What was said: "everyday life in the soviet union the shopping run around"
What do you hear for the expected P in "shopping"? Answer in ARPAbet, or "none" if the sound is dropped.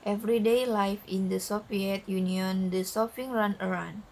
F